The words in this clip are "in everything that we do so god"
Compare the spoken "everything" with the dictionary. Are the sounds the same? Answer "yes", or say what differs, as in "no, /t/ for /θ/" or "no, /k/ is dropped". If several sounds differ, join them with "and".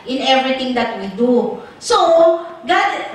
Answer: no, /t/ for /θ/